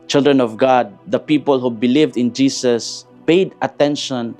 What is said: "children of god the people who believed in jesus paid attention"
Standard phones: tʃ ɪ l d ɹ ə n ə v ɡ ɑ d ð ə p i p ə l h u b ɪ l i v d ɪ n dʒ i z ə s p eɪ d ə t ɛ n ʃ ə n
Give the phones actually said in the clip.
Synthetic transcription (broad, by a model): tʃ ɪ l d ɹ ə n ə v ɡ ɑ d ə p i p ə l h u b ɪ l i v d ɪ n dʒ i s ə s p eɪ d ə t ɛ n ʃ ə n